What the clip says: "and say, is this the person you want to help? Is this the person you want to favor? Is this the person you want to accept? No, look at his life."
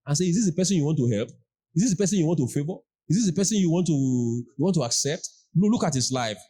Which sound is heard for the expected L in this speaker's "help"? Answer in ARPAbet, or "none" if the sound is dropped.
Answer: L